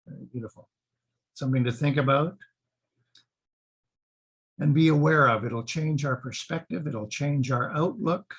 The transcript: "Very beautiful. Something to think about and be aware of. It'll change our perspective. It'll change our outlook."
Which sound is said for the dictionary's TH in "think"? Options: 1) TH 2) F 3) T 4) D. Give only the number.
1